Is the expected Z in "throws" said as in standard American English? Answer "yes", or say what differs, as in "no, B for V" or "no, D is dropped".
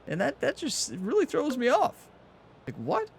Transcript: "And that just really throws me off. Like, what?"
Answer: yes